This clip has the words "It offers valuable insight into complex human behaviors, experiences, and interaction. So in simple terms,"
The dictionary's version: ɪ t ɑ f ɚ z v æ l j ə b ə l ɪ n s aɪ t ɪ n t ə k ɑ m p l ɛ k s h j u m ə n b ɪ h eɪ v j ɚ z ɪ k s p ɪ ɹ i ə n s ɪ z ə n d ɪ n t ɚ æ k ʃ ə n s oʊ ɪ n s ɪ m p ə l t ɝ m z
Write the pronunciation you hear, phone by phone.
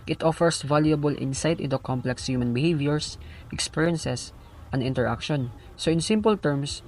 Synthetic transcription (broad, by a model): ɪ t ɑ f ɚ s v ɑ l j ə b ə l ɪ n s aɪ t ɪ n t ə k ɑ m p l ɛ k s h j u m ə n b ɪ h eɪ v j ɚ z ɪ k s p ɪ ɹ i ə n s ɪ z ə n d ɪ n t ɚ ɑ k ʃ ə n s oʊ ɪ n s ɪ m p ə l t ɝ m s